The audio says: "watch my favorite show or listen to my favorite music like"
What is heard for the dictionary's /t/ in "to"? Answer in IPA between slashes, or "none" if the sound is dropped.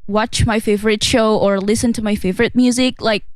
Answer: /t/